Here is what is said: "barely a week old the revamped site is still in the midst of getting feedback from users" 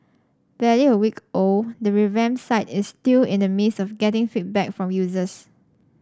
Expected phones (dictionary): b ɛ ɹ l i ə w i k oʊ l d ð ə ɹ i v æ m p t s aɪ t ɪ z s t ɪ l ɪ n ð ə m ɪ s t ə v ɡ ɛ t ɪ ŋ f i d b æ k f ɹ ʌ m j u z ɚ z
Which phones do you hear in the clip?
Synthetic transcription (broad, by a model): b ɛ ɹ i ə w i k oʊ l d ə ɹ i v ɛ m s aɪ t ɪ s t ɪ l ɪ n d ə m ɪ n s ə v ɡ ɛ t ɪ ŋ f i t b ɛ k f ɹ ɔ m j u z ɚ s